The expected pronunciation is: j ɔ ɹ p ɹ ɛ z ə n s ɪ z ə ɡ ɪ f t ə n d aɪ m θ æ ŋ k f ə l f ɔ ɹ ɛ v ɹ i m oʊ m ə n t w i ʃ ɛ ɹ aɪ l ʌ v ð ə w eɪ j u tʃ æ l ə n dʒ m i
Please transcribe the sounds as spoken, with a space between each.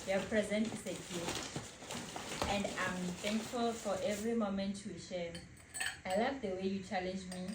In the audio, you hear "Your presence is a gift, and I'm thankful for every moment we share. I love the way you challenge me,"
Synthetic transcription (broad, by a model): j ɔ p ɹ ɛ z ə n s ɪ s ə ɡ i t ə n d aɪ m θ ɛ ŋ k f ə l f ɔ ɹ ɛ v ɹ i m oʊ m ə n t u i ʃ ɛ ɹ aɪ l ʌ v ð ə w eɪ j u tʃ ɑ l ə n dʒ m i